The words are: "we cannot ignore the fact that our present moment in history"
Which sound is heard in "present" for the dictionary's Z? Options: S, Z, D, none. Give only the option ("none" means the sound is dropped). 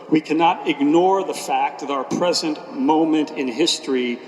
Z